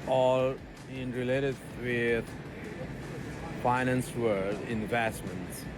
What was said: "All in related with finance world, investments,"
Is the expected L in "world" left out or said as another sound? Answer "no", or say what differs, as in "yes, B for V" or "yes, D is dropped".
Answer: yes, L is dropped